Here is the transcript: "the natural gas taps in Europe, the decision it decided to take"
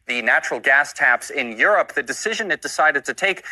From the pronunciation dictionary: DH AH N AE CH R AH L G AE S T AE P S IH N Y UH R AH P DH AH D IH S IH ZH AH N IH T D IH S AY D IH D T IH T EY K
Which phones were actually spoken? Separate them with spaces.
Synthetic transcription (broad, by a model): DH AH N AE CH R L G AE S T AE P S IH N Y UH R AH P DH AH D IH S IH ZH AH N IH T D IH S AY D IH D T IH T EY K